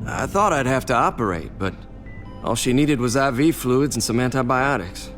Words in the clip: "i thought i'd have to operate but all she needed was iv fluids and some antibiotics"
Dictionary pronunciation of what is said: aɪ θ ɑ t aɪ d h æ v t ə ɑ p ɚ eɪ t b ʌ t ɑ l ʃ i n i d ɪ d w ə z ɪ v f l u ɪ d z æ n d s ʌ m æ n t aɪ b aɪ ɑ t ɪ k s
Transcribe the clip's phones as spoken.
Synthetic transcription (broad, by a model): aɪ θ ɑ t aɪ d h æ f t ə ɑ p ɚ eɪ t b ʌ t ɑ l ʃ i n i d ɪ d w ə z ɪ v f l u d z n s ʌ m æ n t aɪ b aɪ ɑ t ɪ k s